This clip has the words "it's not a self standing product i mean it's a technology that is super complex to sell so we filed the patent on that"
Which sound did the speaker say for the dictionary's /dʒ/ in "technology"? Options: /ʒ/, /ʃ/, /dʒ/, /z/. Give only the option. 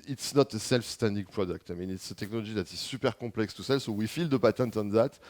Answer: /ʒ/